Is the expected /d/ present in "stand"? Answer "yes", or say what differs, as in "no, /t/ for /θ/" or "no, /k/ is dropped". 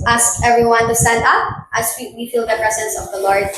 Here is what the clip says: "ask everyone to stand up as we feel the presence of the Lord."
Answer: yes